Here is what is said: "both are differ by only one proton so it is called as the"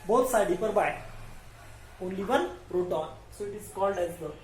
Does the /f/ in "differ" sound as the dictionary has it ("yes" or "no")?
no